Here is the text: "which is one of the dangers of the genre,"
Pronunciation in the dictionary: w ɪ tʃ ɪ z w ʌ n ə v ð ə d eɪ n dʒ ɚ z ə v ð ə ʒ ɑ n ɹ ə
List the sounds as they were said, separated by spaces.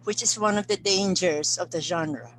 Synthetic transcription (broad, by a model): w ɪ tʃ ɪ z w ʌ n ə v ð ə d eɪ n dʒ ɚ s ə v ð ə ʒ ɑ n ɹ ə